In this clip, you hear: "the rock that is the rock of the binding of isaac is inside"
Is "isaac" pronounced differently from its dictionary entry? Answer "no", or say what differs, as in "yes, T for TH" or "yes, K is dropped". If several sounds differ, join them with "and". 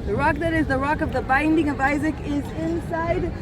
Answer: no